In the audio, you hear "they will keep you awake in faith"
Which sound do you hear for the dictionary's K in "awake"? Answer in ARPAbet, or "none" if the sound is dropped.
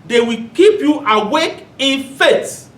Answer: K